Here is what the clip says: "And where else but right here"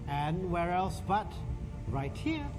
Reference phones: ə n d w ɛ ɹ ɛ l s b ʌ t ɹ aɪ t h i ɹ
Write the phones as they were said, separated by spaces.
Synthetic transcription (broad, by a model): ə n w ɛ ɹ ɛ l s b ʌ t ɹ aɪ t h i ɹ